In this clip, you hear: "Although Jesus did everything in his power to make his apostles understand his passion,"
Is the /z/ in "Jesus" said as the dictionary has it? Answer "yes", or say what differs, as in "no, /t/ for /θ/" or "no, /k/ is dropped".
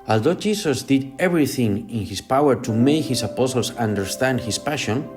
no, /s/ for /z/